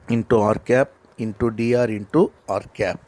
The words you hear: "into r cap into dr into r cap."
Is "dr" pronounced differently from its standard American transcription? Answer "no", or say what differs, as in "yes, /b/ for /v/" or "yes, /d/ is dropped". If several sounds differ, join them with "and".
yes, /k/ is dropped